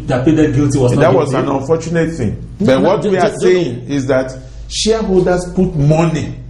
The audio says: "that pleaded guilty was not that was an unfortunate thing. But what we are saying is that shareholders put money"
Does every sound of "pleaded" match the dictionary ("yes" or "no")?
no